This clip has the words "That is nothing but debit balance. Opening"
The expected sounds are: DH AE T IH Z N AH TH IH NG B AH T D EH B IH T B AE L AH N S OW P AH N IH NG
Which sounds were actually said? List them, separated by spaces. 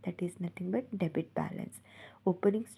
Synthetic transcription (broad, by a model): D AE T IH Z N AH T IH NG B AH T D EH B IH T B AE L AH N S OW P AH N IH NG